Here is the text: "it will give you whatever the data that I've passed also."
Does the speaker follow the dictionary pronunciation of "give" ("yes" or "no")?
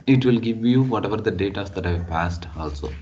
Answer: yes